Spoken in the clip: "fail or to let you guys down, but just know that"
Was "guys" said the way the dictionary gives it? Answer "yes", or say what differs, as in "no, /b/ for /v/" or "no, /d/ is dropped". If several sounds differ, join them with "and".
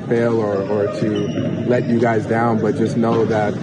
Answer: yes